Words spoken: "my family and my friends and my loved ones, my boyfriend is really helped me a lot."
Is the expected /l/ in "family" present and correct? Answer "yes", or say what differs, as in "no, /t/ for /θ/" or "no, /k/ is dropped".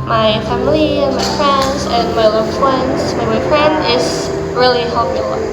yes